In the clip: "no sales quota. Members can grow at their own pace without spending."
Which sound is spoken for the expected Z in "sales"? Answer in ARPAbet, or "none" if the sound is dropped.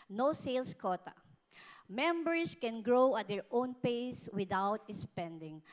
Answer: S